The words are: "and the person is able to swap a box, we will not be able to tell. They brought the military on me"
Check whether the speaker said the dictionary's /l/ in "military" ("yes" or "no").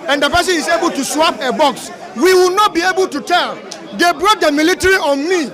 yes